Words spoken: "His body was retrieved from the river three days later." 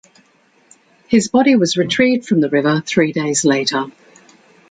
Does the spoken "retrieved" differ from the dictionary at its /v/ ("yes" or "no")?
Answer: yes